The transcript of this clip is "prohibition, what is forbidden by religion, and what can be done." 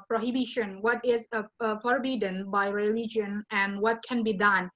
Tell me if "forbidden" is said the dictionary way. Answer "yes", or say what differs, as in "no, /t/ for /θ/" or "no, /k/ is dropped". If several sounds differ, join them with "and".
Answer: yes